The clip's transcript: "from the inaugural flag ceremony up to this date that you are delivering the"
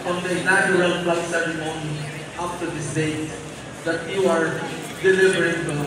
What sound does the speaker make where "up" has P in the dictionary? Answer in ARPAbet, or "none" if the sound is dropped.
F